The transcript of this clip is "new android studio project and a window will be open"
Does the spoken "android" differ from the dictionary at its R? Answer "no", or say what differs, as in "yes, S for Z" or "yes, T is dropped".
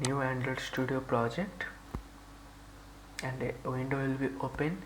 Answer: yes, R is dropped